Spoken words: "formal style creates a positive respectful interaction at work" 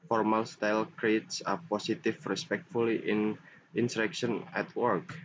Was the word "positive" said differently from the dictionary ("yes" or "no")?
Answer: yes